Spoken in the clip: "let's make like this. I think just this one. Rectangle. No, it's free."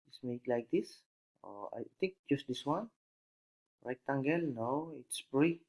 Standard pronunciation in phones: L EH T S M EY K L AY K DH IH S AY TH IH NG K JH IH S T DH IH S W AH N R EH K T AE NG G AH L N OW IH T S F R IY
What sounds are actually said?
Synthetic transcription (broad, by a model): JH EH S M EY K L AY K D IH S AY T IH NG K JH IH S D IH S W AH N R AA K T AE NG G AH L N OW IH T S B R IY